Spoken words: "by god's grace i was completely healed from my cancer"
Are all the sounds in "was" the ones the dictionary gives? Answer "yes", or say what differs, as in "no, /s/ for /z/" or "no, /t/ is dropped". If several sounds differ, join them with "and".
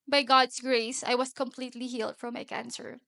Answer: no, /s/ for /z/